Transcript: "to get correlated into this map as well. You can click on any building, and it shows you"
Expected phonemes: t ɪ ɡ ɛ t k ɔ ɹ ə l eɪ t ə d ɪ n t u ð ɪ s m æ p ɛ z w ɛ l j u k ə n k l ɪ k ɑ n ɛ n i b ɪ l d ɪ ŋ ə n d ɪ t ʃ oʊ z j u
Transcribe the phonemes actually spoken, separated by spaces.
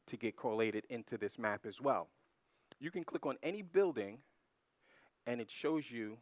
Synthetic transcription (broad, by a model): t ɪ ɡ ɛ t k ɔ ɹ ə l eɪ t ə d ɪ n t u ð ɪ s m æ p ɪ z w ɛ l j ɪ k ə n k l ɪ k n ɛ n i b ɪ l d ɪ ŋ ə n ɪ t ʃ oʊ z j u